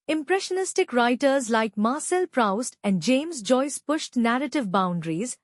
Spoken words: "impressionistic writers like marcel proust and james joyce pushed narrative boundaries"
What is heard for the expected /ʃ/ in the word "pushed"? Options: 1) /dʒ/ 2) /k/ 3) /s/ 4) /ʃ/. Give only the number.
4